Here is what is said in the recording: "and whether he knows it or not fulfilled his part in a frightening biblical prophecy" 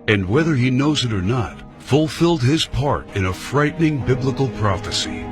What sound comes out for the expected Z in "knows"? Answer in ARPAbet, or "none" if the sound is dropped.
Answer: Z